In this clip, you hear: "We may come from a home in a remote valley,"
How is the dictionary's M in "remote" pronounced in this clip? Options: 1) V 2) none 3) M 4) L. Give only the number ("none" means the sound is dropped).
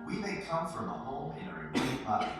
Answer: 2